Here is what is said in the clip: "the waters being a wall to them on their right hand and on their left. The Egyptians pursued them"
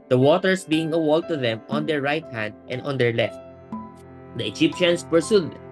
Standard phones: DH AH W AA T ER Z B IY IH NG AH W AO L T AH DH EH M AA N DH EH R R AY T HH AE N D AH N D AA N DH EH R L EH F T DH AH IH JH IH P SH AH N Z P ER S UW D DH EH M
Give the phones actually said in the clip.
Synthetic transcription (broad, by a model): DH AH W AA T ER S B IY IH NG AH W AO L T AH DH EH M AA N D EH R R AY T HH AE N D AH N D AA N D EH R L EH F T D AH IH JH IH P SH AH N S P ER S UW D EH